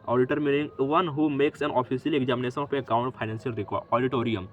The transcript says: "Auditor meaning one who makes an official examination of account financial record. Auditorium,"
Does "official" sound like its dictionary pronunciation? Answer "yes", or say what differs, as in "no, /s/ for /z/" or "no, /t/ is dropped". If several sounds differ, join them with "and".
no, /s/ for /ʃ/